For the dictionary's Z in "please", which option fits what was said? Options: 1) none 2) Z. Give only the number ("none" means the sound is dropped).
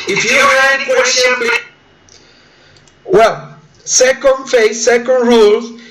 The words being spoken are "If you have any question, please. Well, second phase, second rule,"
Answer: 1